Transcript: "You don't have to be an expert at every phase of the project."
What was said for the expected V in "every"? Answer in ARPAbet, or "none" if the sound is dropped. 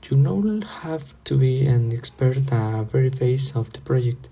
none